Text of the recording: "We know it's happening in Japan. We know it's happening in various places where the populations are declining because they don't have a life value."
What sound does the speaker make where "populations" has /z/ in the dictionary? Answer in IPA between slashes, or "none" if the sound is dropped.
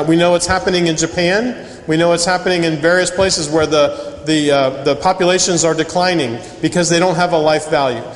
/z/